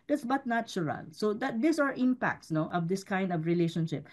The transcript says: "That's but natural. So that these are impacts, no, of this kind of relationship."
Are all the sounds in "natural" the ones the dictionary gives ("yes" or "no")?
no